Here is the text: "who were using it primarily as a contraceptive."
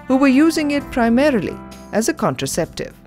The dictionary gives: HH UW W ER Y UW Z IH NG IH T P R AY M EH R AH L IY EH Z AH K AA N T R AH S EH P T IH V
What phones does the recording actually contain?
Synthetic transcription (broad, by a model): HH UW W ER Y UW Z IH NG IH T P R AY M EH R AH L IY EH Z AH K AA N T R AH S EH P T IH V